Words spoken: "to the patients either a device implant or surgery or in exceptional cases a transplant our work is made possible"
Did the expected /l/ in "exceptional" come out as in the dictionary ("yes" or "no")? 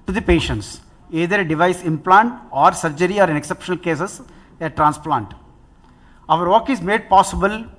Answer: yes